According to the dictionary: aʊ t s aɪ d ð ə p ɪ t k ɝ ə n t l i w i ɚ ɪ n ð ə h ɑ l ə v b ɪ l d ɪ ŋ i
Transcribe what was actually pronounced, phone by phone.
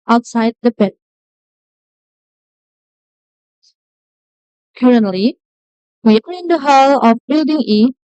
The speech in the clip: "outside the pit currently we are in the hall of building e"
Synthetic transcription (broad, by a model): aʊ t s aɪ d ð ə b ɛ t k ɝ ə n t l i w i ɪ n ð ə h ɑ l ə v b ɪ l d ɪ ŋ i